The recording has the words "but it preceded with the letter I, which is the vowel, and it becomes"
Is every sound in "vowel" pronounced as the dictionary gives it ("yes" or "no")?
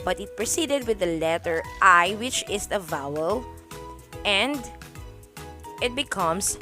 yes